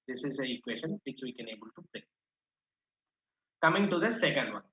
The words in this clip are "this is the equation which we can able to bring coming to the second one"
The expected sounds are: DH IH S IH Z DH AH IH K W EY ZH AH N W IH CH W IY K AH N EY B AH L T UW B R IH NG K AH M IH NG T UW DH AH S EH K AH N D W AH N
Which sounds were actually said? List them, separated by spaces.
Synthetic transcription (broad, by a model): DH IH S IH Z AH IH K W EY SH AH N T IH S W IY K AH N EY B AH L T UW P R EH K AH M IH NG T UW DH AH S EH K AH N D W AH N